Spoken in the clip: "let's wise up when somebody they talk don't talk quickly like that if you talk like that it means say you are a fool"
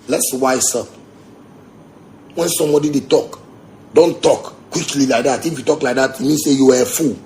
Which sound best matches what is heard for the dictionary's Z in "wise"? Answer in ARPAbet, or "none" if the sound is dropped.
S